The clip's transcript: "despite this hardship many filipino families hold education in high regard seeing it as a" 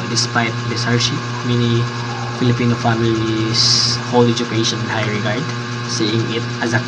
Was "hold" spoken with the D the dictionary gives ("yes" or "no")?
no